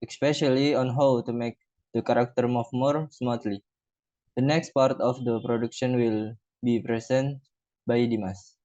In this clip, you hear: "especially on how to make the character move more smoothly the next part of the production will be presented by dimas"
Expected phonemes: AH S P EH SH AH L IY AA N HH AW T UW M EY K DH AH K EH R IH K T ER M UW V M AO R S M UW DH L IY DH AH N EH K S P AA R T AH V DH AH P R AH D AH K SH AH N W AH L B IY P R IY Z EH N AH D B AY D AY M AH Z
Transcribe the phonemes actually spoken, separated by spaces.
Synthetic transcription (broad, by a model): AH S P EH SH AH L IY AA N HH AW T UW M EY K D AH K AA R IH K T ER M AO F M AO R S M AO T L IY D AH N EH K S P AA R T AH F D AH P R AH D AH K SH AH N W AH L B IY P R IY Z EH N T B AY D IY M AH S